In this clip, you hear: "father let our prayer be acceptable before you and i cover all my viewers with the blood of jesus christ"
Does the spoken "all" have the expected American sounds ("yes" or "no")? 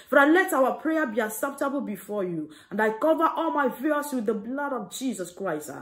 yes